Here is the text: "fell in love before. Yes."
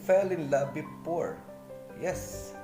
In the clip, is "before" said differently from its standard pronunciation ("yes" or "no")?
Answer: yes